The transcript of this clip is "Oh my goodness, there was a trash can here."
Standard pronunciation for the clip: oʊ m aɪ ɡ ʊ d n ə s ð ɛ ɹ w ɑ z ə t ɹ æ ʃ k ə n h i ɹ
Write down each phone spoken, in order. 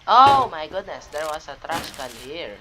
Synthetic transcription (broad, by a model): oʊ m aɪ ɡ ʊ d n ə s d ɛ ɹ w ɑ s ə t ɹ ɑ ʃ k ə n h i ɹ